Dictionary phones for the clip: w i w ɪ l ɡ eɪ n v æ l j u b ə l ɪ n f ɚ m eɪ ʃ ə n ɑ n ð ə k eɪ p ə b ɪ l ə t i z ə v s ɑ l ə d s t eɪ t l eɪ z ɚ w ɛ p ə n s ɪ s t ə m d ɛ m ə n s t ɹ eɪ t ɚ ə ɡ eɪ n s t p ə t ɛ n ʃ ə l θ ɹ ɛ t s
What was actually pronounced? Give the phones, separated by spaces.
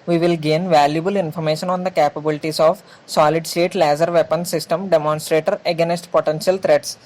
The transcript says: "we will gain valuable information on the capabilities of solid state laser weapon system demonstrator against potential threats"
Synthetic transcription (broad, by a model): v i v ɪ l ɡ eɪ n v æ l j u b ə l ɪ n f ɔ m eɪ ʃ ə n ɑ n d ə k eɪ p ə b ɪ l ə t i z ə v s ɑ l ə d s t eɪ t l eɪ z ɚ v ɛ p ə n s ɪ s t ə m d ɛ m ə n s t ɹ eɪ t ɚ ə ɡ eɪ n s t p ə t ɛ n ʃ ə l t ɹ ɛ t s